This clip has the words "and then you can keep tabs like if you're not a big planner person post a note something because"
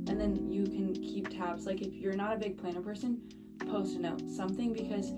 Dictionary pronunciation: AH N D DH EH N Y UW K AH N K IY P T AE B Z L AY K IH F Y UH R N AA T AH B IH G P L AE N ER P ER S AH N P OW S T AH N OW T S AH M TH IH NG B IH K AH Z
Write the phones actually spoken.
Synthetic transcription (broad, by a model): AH N DH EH N Y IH K AH N K IY P T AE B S L AY K IH F Y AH R N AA T AH B IH G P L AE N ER P ER S AH N P OW S T AH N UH T S AH M TH IH NG B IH K AH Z